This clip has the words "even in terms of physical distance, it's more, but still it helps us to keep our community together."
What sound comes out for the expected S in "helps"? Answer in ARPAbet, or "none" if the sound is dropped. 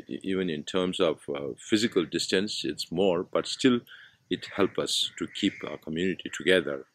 none